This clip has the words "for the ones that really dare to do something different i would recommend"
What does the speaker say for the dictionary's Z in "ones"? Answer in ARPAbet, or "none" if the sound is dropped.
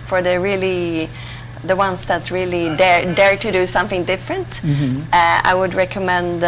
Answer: S